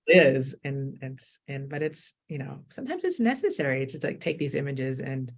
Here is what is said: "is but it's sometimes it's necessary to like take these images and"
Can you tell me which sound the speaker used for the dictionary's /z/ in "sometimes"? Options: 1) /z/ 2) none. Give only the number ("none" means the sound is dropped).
1